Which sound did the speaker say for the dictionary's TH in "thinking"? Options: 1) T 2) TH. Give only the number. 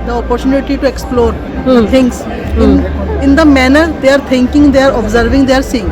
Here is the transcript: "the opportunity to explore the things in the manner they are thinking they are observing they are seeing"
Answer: 1